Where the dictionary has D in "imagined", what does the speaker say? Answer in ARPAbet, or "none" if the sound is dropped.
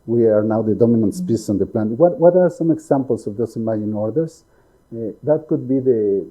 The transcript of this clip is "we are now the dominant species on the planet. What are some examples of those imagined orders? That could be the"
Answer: none